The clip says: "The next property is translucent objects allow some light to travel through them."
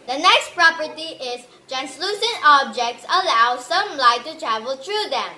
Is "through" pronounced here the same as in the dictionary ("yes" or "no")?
no